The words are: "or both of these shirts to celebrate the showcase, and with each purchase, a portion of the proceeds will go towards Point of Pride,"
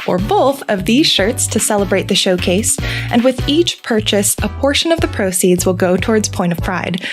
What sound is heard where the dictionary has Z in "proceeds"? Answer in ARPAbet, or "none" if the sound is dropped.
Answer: Z